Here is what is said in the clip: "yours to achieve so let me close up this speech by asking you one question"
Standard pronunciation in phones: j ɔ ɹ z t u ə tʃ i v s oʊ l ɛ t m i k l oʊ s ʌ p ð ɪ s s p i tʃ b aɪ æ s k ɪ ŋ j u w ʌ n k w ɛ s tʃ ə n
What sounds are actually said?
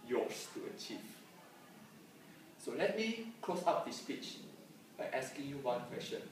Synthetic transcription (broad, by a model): j ɔ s t u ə tʃ i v s oʊ l ɛ t m i k l oʊ s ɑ p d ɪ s s p i tʃ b aɪ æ s k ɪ ŋ j u w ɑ n k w ɛ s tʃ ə n